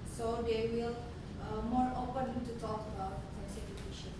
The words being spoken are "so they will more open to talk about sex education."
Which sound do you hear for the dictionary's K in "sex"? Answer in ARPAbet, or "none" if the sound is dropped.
none